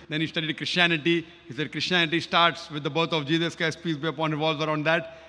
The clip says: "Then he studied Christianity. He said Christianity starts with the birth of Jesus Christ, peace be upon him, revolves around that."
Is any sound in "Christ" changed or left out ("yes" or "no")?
yes